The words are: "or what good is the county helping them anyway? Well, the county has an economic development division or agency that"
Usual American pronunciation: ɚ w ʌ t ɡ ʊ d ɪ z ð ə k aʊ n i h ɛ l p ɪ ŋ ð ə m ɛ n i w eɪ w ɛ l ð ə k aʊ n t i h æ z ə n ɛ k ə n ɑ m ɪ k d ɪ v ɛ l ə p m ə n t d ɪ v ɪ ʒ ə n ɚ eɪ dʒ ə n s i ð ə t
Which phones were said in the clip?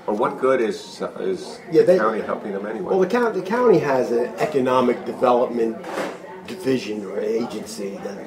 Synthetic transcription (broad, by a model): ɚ w ʌ t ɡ ʊ d ɪ z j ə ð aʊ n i h ɛ l p ɪ ŋ ð ə m ɛ n i w eɪ w ɛ l ð ə k aʊ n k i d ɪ z ə n ɛ k ə n ɑ m ɪ k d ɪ v ɛ l ə p m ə n d ɪ v ɪ ʒ ə n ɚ eɪ dʒ ə n s i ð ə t